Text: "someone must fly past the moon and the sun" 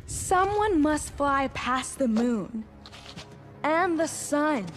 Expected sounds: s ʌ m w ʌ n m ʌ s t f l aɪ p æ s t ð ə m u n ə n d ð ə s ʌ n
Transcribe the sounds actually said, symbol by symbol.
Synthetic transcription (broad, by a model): s ʌ m w ʌ n m ʌ s t f l aɪ p æ s ð ə m u n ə n ð ə s ʌ n